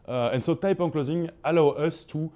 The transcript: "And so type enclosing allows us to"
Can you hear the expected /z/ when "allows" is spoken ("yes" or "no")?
no